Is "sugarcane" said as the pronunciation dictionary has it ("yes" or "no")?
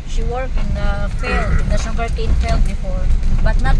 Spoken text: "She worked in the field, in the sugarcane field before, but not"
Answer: no